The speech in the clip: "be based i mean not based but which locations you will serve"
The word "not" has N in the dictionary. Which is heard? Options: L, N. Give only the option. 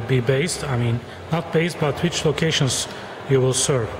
N